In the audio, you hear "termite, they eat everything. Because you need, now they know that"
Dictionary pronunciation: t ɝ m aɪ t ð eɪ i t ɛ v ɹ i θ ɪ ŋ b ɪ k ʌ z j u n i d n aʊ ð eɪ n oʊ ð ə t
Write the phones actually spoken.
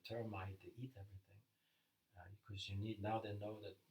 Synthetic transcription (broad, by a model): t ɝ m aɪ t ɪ i t ɛ v ɹ i θ ɪ ŋ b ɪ k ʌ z j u n i d n aʊ ð eɪ n oʊ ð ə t